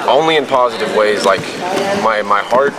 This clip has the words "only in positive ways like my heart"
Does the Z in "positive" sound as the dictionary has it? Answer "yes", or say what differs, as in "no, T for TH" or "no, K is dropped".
yes